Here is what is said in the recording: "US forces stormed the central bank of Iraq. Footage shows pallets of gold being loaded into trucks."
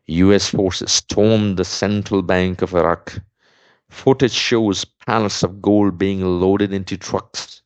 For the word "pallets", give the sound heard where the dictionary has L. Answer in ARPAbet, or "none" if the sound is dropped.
N